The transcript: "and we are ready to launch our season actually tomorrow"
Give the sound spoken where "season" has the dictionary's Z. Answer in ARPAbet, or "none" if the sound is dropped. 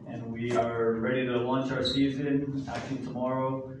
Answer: Z